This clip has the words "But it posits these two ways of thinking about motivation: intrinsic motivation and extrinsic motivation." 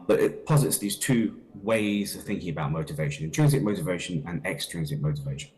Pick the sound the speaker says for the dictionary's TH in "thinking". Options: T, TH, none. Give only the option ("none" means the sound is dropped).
TH